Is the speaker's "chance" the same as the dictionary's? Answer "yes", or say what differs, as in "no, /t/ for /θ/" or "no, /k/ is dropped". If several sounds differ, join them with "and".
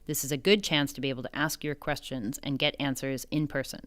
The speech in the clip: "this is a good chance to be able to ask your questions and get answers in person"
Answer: yes